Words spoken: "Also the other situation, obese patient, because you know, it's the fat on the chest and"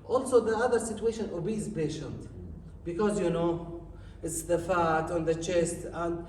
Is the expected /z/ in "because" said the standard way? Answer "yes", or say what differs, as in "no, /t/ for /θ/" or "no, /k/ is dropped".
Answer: yes